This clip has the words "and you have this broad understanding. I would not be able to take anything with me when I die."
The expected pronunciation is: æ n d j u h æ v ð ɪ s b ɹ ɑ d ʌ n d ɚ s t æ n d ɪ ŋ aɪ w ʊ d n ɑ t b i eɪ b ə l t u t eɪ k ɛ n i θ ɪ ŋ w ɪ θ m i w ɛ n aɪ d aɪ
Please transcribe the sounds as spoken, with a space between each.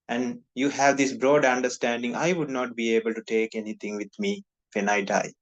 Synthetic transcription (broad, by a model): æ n d j u h æ v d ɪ s b ɹ ɑ d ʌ n d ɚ s t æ n d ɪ ŋ aɪ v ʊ d n ɑ t b i eɪ b ə l t u t eɪ k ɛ n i t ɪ ŋ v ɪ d m i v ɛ n aɪ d aɪ